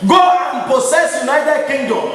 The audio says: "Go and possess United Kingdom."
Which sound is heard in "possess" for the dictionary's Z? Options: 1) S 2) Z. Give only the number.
1